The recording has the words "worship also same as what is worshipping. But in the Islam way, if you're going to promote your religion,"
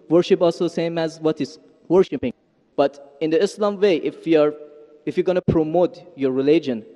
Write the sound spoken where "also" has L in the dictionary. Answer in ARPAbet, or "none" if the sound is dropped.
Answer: L